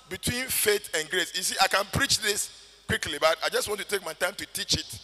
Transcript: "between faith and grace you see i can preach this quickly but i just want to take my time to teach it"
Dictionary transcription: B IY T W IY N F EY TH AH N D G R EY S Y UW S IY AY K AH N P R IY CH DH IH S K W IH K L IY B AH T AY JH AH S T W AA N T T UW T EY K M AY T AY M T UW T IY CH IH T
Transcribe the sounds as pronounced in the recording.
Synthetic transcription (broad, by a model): B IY T W IY N F EY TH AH N G R EY S Y UW S IY AY K AH N P R IY CH DH IH S K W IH K L IY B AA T AY JH AH S T W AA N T T UW T EY K M AY T AY M T UW T IY CH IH T